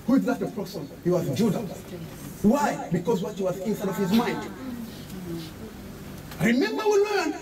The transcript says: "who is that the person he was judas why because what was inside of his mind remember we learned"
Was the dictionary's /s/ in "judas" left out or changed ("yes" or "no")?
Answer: yes